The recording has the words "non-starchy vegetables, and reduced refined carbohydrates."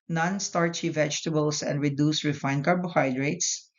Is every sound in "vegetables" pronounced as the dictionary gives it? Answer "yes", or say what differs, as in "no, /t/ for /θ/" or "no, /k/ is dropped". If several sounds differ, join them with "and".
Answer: no, /s/ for /z/